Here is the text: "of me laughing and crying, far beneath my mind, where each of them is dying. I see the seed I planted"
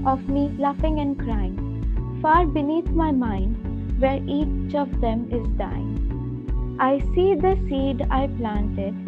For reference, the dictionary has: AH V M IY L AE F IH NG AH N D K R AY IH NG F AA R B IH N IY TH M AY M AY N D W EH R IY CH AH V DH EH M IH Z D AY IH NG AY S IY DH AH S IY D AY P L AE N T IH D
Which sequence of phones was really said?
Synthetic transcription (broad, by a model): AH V M IY L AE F IH NG AH N D K R AY IH NG F AA R B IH N IY T M AY M AY N D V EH R IY CH AH V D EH M IH Z D AY IH NG AY S IY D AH S IY D AY P L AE N T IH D